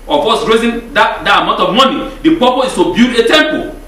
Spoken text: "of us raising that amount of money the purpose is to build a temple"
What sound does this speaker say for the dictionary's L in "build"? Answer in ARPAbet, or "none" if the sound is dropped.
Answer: none